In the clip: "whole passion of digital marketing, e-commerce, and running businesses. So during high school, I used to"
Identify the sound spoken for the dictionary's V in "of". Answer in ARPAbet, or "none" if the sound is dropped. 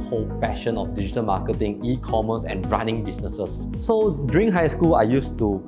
F